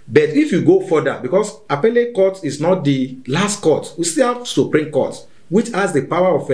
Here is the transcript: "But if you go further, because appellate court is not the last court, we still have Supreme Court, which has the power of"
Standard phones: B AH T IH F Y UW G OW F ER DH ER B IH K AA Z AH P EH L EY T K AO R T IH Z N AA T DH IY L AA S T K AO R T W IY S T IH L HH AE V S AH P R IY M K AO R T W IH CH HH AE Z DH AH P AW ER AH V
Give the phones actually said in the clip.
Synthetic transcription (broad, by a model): B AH T IH F Y UW G OW F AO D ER B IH K AA S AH P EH L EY K AO T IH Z N AA T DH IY L AA S T K AO T W IY S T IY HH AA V S AH P R IY M K AO T W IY CH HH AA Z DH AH P AW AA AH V